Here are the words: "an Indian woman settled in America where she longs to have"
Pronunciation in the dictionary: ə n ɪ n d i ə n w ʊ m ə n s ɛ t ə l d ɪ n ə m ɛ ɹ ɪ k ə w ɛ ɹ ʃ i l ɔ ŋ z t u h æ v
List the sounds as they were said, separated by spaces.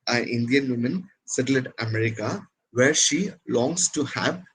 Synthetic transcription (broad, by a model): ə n ɪ n d i ə n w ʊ m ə n s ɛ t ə l ɪ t ə m ɛ ɹ ɪ k ə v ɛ ɹ ʃ i l ɔ ŋ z t u h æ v